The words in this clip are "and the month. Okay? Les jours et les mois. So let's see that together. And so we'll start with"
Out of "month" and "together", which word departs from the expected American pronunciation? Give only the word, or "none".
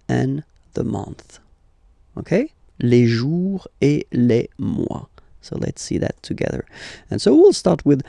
none